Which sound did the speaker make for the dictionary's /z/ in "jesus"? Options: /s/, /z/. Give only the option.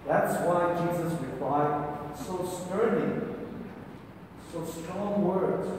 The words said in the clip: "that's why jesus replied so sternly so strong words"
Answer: /z/